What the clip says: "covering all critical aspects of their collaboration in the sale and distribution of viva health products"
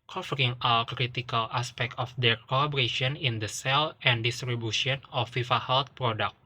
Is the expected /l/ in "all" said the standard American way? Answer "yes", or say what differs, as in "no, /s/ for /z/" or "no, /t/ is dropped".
no, /w/ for /l/